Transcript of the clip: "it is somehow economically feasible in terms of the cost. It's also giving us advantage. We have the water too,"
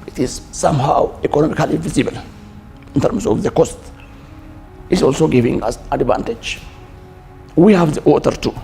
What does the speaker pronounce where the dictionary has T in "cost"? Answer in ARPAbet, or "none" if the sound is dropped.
T